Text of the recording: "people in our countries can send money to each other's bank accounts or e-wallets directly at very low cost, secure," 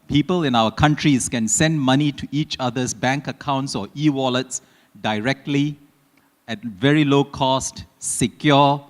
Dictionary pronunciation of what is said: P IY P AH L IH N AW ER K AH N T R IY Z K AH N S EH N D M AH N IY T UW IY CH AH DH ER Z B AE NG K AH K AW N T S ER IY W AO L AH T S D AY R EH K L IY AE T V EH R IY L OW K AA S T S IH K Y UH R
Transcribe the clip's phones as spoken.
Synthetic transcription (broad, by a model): P IY P AH L IH N AW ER K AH N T R IY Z K AH N S EH N D M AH N IY T UW IY CH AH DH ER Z B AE NG K AH K AW N T S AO IY W AO L AH T S D AY R EH K L IY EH T V EH R IY L OW K AA S T S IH K Y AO